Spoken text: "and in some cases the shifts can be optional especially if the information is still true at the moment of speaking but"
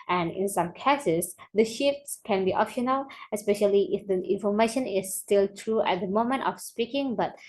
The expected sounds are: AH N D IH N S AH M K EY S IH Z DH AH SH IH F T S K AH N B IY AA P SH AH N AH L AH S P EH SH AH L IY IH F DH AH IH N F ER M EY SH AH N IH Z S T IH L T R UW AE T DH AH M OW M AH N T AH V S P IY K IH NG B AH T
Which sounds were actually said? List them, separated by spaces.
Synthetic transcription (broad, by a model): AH N IH N S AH M K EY S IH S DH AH SH IH F T S K AH N B IY AA P SH AH N AH L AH S P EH SH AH L IY IH F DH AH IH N F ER M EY SH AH N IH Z S T IH L T R UW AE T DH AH M OW M AH N T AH F S P IY K IH NG B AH T